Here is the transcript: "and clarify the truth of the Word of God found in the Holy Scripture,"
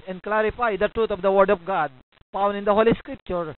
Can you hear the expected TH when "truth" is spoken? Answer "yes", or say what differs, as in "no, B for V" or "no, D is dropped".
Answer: no, T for TH